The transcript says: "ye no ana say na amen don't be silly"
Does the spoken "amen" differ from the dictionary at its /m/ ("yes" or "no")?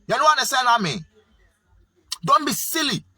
no